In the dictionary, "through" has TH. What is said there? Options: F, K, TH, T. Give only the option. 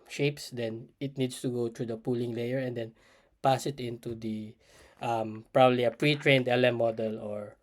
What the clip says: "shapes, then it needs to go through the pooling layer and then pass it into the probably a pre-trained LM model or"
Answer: T